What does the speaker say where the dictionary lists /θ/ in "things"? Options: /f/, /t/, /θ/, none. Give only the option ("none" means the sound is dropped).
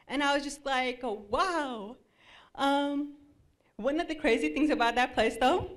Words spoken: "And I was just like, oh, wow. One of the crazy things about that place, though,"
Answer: /θ/